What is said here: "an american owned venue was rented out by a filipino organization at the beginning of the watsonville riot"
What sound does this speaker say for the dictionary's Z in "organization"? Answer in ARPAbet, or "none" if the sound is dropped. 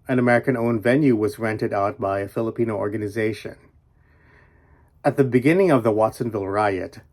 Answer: Z